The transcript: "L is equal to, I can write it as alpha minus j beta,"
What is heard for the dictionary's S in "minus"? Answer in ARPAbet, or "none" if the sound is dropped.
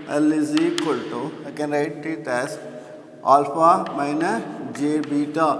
none